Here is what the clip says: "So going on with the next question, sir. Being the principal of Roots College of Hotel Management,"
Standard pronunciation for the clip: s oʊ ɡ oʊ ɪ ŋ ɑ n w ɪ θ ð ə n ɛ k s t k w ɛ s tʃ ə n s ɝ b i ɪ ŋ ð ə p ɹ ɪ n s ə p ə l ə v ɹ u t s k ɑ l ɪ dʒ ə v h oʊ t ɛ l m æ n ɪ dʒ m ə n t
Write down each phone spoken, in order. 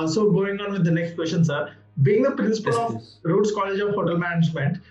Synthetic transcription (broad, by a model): s oʊ ɡ oʊ ɪ ŋ ɑ n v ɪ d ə n ɛ k s t k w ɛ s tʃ ə n s ɝ b i ɪ ŋ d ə p ɹ ɪ n s ə p ə l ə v ɹ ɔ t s k ɑ l ɪ dʒ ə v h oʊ t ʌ l m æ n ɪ dʒ m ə n t